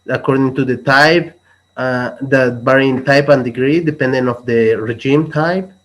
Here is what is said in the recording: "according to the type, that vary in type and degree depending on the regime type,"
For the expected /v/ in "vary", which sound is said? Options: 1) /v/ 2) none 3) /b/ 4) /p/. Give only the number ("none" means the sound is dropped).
3